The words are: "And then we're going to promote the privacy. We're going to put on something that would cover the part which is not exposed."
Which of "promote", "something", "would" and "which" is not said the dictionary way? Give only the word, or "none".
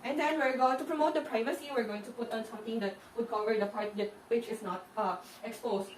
something